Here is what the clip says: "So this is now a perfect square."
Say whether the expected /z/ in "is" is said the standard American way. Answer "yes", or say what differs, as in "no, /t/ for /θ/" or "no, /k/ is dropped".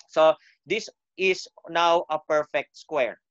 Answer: no, /s/ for /z/